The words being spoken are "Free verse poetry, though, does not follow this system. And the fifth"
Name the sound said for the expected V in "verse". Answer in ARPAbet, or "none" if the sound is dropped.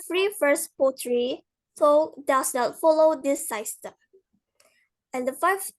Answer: F